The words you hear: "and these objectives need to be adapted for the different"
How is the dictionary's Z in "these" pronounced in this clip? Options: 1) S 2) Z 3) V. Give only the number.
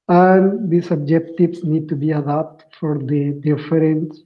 1